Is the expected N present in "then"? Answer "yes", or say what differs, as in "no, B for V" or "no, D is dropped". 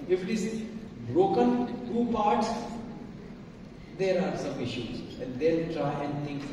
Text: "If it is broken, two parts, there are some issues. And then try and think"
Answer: no, L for N